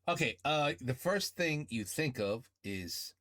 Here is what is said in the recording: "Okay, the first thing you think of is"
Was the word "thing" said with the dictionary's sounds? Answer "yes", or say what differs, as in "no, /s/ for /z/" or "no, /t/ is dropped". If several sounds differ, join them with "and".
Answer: yes